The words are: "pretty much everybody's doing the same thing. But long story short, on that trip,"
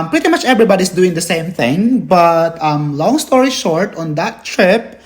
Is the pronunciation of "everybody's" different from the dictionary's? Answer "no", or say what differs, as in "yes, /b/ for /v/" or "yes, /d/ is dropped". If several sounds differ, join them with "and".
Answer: yes, /s/ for /z/